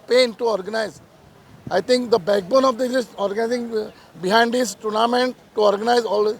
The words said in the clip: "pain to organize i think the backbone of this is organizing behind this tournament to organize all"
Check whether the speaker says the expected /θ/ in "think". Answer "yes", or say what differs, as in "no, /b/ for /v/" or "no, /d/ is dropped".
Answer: no, /t/ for /θ/